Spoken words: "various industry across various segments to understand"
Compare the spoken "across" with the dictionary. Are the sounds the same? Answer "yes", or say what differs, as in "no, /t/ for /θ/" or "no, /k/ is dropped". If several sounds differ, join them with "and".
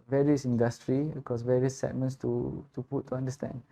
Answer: no, /ɹ/ is dropped